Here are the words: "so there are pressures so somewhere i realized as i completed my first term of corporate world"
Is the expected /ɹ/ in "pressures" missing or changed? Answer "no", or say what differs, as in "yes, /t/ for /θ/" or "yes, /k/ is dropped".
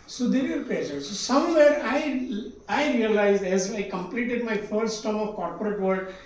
yes, /l/ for /ɹ/